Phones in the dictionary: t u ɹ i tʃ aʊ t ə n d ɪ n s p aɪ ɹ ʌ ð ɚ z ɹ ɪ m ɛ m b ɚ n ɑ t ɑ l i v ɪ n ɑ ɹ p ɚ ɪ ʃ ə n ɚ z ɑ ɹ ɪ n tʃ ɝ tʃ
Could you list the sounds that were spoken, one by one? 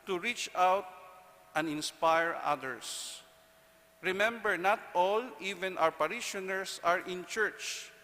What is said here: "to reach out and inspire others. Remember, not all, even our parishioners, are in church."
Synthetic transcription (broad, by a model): t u ɹ i tʃ aʊ t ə n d ɪ n s p aɪ ɹ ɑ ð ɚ s ɹ ɪ m ɛ m b ɚ n ɑ t ɑ l i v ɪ n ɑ w p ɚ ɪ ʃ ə n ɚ s ɑ ɹ ɪ n tʃ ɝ tʃ